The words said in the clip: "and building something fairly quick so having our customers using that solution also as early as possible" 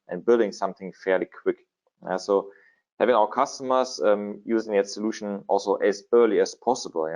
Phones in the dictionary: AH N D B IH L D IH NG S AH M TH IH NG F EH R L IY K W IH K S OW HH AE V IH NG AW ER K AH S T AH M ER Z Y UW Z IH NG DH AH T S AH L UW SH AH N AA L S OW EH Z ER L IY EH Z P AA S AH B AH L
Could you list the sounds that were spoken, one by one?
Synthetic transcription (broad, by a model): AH N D B IH L D IH NG S AH M TH IH NG F EH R L IY K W IH K S OW HH AE V IH NG AW ER K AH S T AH M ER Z Y UW Z IH NG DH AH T S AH L UW SH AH N AA L S OW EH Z ER L IY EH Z P AA S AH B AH L